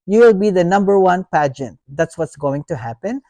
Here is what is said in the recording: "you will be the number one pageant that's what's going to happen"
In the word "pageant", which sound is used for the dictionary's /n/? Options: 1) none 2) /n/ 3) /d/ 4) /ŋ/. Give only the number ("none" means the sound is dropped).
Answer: 2